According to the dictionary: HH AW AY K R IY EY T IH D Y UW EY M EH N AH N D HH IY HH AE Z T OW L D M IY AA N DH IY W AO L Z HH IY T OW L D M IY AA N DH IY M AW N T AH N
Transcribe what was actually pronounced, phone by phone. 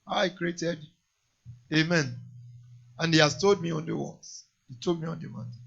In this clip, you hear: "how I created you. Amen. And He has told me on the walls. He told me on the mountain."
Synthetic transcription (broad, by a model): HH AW AY K R IY EY T IH D EY M EH N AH N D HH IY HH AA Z T OW L D M IY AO N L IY W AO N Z HH IY T OW L D M IY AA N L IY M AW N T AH